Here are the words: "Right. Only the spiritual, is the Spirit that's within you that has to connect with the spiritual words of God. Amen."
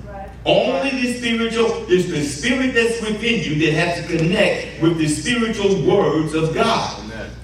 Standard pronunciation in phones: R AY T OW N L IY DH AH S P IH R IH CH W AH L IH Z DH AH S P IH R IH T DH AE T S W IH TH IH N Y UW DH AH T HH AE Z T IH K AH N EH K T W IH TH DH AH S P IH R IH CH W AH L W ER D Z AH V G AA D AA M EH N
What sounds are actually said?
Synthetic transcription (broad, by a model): OW N L IY DH AH S P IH R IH CH L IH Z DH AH S P IH R IH T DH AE T S W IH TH IH N Y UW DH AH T HH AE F T IH K AH N EH K T W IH DH AH S P IH R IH CH L W ER D Z AH V G AA D